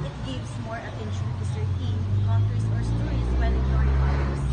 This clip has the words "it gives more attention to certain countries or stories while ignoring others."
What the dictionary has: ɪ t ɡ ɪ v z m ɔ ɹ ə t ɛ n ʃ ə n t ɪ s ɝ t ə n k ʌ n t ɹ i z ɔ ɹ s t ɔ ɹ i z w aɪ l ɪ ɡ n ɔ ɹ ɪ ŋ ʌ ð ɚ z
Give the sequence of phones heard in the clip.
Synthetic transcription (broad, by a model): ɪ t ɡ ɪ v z m ɔ ɹ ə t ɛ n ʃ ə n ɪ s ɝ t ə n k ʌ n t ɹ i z ɔ ɹ s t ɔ ɹ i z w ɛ n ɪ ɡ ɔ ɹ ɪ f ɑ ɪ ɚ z